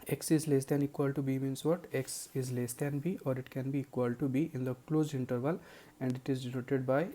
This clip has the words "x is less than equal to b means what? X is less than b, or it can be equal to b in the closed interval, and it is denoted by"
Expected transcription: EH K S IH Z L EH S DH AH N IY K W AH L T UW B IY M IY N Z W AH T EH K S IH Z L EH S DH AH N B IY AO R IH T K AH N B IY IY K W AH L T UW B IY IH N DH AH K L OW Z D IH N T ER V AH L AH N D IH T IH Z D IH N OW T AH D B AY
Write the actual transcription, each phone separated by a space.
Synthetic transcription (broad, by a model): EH K S IH Z L EH S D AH N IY K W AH L T UW B IY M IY N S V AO T EH K S IH Z L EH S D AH N B IY AO R IH T K AH N B IY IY K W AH L T UW B IY IH N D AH K L OW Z IH N T ER V AH L AH N D IH T IH Z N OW T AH D B AY